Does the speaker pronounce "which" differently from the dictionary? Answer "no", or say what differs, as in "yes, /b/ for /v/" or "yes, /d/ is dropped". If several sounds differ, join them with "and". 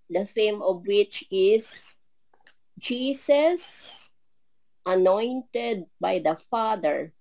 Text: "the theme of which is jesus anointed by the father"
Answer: no